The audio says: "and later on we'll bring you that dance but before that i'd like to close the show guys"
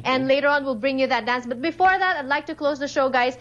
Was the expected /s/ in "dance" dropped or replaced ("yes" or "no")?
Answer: no